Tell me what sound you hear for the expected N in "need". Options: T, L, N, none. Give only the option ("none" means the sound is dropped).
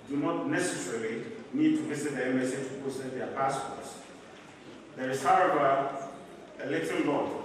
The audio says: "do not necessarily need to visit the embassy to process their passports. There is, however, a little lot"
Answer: N